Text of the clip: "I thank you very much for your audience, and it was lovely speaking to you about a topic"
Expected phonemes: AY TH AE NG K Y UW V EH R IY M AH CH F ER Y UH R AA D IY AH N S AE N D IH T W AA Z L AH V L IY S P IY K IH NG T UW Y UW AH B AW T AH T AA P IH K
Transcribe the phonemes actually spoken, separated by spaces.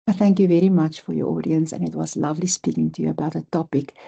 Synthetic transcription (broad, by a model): TH AE NG K Y UW V EH R IY M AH CH F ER Y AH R AA D IY AH N S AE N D IH T W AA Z L AH V L IY S P IY K IH NG T UW Y UW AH B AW T AH T AA P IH K